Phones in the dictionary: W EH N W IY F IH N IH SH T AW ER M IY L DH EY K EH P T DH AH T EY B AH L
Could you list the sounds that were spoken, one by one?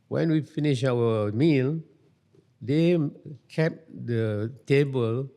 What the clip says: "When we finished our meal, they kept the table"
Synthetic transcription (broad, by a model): W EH N W IY F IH N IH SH AW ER M IY L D EY K EH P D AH T EY B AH L